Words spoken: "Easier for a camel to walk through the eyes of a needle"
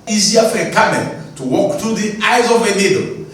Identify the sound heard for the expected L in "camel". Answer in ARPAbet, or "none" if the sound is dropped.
N